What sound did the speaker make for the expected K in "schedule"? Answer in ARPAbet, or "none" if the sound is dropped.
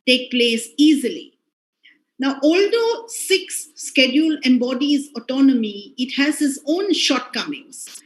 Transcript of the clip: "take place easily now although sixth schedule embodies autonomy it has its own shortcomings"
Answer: K